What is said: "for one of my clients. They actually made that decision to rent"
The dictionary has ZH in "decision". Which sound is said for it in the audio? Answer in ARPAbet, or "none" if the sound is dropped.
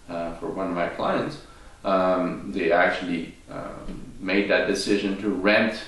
ZH